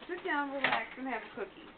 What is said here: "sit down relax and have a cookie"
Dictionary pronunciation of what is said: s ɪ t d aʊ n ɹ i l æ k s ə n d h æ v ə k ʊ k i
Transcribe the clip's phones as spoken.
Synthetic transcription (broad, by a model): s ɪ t d aʊ n w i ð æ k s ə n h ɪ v ə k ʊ k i